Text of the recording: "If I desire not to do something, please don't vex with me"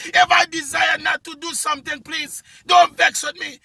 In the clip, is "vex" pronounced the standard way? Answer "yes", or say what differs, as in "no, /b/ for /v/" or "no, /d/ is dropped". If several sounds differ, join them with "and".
yes